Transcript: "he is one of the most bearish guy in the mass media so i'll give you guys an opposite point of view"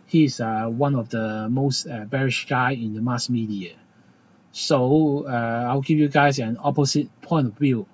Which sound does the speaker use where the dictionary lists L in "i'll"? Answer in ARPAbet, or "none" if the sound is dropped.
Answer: W